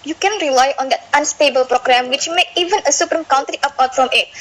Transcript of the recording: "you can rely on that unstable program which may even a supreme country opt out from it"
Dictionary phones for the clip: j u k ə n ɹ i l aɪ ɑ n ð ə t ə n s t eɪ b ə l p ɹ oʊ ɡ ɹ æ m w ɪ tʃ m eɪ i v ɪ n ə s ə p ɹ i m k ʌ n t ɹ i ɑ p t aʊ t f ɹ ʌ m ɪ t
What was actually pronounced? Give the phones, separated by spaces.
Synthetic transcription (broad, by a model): j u k ə n ɹ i l aɪ ɑ n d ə t ə n s t eɪ b ə l p ɹ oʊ ɡ ɹ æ m w ɪ tʃ m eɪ i v ɪ n ə s ə p ɹ i m k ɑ n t ɹ i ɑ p aʊ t f ɹ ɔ m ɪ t